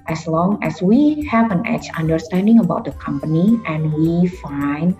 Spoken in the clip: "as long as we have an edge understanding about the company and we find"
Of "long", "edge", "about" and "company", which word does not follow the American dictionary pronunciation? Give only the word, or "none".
edge